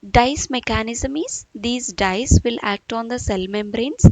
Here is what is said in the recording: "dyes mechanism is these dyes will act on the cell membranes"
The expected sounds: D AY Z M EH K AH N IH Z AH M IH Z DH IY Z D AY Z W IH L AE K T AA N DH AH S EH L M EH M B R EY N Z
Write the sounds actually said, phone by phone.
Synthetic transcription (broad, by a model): D AY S M EH K AH N IH Z AH M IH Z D IY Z D AY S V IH L AE K T AA N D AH S EH L M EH M B R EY N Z